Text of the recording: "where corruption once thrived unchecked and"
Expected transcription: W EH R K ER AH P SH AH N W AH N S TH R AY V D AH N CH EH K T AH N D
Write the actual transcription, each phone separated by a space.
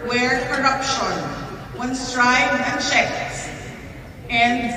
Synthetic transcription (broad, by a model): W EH R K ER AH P SH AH N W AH N S T R AY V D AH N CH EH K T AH N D